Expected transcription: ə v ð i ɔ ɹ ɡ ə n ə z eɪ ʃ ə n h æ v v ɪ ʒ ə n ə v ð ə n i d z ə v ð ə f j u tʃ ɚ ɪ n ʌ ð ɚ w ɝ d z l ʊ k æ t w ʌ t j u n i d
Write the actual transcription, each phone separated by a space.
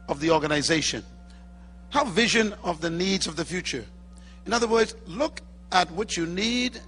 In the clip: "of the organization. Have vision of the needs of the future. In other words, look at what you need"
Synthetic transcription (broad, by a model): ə v ð i ɔ ɹ ɡ ə n ə z eɪ ʃ ə n h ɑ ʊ v ɪ ʒ ə n ə v ð ə n i d z ə v ð ə f j u tʃ ɚ ɪ n ʌ ð ɚ w ɝ d z l ʊ k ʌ t w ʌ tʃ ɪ n i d